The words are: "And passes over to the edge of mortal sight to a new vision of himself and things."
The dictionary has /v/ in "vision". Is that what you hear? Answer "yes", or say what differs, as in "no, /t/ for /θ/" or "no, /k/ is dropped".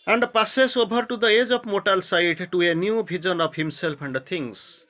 no, /b/ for /v/